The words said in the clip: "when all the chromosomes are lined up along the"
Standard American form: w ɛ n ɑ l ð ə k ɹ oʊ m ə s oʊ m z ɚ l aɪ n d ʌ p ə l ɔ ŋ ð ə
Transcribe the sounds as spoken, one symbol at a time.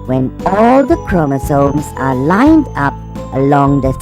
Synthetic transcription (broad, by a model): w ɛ n ɑ l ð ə k ɹ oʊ m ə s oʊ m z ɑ l aɪ n d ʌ p ə l ɔ ŋ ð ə